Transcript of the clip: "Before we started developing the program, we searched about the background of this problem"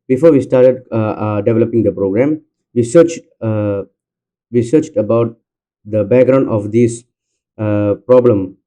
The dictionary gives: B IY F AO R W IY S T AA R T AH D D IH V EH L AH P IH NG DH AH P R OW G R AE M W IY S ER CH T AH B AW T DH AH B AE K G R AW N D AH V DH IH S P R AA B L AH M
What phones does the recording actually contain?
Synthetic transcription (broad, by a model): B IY F AO R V IY S T AA R T AH D D IH V EH L AH P IH NG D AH P R OW G R AE M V IY S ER CH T AH B AW T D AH B AE K G R AW N D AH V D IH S P R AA B L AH M